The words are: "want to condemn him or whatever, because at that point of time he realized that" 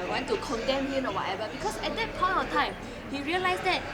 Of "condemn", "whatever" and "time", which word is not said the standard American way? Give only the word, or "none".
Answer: whatever